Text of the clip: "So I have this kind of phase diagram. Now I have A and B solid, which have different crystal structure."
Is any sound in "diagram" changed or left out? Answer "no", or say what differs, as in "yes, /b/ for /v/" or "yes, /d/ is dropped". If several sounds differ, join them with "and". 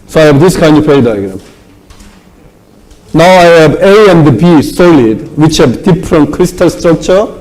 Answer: no